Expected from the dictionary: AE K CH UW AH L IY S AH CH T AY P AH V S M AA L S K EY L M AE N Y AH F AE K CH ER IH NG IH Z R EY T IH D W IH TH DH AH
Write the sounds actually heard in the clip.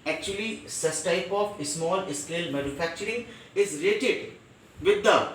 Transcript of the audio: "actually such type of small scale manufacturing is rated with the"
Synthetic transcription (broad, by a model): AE K CH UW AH L IY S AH S T AY P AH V S M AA L S K EY L M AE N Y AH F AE K CH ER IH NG IH Z R EY T IH D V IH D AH